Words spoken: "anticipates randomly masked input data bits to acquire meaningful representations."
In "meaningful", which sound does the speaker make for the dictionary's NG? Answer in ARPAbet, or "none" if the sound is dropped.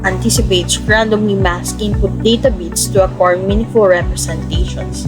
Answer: none